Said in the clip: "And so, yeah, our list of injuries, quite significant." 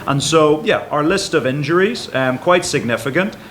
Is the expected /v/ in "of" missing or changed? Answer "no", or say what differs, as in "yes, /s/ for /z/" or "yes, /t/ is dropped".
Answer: no